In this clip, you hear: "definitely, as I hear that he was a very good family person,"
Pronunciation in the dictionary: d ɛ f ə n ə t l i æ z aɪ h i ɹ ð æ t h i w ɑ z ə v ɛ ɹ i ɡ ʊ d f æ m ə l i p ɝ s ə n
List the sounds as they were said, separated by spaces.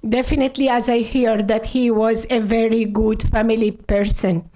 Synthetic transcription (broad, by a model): d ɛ f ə n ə t l i æ z aɪ h i ɹ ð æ t h i w ɑ z ə v ɛ ɹ i ɡ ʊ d f æ m ə l i p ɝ s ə n